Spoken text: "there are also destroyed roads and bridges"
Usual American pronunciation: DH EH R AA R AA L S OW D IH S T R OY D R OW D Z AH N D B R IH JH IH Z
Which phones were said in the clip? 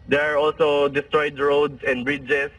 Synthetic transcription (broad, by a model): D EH R AA R AA L S OW D IH S T R OY D R OW D S AH N D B R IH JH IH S